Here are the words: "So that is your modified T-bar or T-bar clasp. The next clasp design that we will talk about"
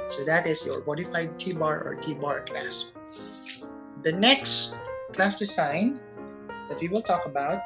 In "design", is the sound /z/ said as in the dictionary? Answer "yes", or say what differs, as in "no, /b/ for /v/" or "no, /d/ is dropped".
no, /s/ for /z/